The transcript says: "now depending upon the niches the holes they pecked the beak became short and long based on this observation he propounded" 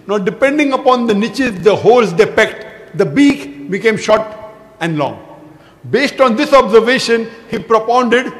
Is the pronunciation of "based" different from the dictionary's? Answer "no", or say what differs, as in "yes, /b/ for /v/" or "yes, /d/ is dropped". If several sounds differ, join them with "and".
no